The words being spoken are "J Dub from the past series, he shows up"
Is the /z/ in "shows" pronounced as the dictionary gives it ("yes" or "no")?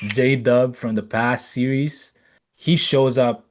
yes